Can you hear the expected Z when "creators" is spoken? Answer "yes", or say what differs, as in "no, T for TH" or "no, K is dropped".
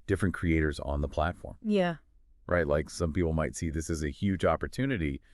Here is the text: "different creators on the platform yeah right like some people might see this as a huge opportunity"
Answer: yes